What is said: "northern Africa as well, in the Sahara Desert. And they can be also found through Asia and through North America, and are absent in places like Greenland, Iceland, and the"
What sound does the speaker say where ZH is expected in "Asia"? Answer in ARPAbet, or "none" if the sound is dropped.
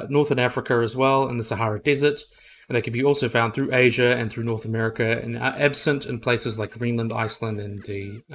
ZH